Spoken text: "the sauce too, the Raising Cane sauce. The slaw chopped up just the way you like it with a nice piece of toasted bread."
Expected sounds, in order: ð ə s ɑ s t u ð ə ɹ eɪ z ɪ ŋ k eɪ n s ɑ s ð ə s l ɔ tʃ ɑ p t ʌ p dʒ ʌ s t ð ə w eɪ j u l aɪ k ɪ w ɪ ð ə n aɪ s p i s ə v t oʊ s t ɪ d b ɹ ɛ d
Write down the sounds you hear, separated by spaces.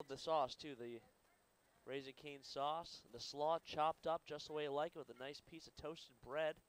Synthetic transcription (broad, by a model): ð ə s ɑ s t u ð ə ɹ eɪ z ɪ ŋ k eɪ n s ɑ s ð ə s l ɔ tʃ ɑ p t ʌ p dʒ ʌ s t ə w eɪ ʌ l aɪ k w ɪ ð ə n aɪ s p i s ə v t oʊ s t ɪ d b ɹ ɛ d